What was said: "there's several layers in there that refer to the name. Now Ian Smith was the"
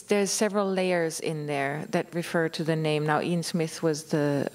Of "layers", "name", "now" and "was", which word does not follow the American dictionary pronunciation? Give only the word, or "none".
none